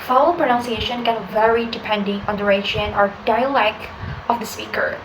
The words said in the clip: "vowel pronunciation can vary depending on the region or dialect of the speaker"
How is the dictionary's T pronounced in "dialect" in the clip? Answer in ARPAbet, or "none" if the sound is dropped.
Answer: none